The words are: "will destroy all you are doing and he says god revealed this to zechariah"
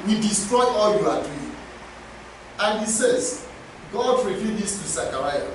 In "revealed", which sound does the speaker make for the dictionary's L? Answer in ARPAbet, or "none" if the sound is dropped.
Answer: none